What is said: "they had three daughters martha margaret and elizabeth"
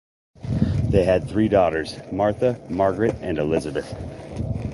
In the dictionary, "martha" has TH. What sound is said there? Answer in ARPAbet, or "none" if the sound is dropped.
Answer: TH